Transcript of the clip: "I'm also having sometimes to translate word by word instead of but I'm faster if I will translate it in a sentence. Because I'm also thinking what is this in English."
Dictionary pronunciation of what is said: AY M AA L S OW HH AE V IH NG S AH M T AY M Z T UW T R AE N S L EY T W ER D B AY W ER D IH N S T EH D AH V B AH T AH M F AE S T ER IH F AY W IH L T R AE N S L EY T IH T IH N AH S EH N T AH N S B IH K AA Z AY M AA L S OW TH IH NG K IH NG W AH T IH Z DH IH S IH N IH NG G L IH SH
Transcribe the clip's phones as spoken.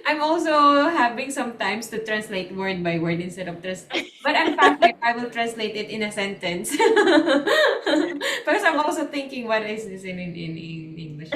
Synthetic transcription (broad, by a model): AY M AA L S OW HH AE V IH NG S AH M T AY M S T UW T R AE N S L EY T W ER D B AY W ER D IH N S T EH D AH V B AH T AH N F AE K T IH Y AY W IH L T R AE N S L EY T IH T IH N AH S EH N T AH N S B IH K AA S AY M AA L S OW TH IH NG K IH NG W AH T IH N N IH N IH N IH NG G L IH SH